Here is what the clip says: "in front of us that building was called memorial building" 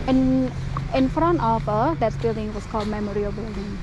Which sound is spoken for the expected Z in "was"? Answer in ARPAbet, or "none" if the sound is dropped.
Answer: S